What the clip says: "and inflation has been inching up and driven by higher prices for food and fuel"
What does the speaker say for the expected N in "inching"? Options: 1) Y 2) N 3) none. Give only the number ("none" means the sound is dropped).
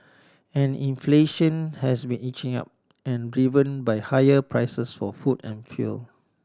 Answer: 3